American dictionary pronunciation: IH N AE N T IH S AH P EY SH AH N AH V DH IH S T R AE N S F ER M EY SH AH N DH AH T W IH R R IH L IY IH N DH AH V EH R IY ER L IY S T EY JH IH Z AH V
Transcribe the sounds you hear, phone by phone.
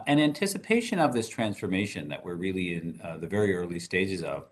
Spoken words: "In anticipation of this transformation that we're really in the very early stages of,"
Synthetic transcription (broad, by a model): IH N AE N T IH S AH P EY SH AH N AH V DH IH S T R AE N S F ER M EY SH AH N DH AH T W IH R R IH L IY IH N DH AH V EH R IY ER L IY S T EY JH IH Z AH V